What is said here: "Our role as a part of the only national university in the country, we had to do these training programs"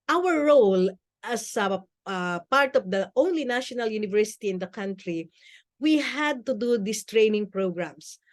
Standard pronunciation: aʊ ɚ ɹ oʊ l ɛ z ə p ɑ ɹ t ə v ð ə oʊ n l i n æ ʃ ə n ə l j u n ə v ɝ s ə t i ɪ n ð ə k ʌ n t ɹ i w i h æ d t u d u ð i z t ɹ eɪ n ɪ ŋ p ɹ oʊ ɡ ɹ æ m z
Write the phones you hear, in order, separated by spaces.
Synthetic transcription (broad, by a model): aʊ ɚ ɹ oʊ l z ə p ɑ ɹ t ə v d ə oʊ n l i n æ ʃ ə n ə l j u n ə v ɝ s ə t i ɪ n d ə k ʌ n t ɹ i w i h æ d t u d u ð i s t ɹ eɪ n ɪ ŋ p ɹ oʊ ɡ ɹ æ m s